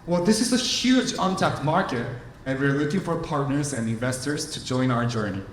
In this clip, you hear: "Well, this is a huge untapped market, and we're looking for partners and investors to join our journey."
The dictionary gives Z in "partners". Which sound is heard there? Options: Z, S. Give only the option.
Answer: Z